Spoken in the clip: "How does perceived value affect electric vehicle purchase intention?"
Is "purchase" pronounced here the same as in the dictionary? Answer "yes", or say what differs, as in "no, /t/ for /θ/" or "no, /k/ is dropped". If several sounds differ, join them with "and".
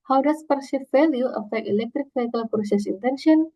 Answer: no, /s/ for /tʃ/